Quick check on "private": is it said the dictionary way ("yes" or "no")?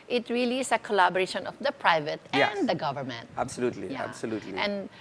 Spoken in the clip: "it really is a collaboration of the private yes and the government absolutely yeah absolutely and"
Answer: yes